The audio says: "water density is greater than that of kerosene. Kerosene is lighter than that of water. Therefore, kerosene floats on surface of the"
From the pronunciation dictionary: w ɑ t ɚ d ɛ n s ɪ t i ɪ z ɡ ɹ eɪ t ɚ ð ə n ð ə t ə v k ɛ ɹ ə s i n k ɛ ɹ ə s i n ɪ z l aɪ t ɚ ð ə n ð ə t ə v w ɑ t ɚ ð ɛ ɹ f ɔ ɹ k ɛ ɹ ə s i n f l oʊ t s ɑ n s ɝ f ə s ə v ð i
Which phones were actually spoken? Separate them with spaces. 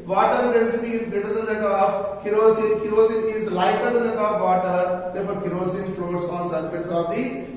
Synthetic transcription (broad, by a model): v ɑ t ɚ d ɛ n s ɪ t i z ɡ eɪ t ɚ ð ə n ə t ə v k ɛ ɹ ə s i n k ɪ ɹ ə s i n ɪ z l aɪ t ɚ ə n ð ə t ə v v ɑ t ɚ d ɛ ɹ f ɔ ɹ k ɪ ɹ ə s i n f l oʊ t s ɑ n s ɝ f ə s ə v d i